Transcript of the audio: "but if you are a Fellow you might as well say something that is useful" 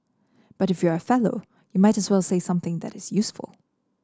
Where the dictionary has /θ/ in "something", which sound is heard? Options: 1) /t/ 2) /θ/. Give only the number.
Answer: 2